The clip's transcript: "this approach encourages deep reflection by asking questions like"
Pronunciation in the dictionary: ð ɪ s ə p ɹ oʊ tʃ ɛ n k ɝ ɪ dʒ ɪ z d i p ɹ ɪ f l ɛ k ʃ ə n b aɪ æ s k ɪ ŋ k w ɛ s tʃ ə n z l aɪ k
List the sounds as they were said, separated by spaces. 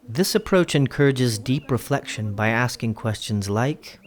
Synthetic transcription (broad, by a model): ð ɪ s ə p ɹ oʊ tʃ ɛ n k ɝ ɪ dʒ ɪ z d i p ɹ ɪ f l ɛ k ʃ ə n b aɪ æ s k ɪ ŋ k w ɛ s tʃ ə n z l aɪ k